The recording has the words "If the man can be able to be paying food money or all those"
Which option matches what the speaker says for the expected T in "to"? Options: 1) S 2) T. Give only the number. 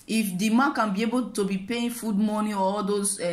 2